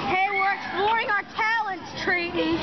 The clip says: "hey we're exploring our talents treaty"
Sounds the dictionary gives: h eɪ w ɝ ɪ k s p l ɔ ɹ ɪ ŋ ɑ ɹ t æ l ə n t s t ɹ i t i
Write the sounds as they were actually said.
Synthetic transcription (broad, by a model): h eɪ w ɝ k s b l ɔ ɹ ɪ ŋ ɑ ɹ t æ l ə n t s t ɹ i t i